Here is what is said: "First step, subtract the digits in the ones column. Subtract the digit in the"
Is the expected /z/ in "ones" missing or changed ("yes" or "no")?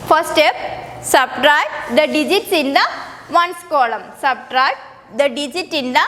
yes